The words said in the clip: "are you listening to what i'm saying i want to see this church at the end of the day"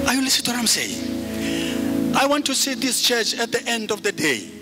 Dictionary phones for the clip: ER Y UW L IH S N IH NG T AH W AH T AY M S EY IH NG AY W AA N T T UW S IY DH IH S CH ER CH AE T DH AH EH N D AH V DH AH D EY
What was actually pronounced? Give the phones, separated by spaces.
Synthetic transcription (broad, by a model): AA Y UW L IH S IH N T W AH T AY M S EY IH NG AY W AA N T T UW S IY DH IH S CH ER CH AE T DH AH EH N D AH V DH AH D EY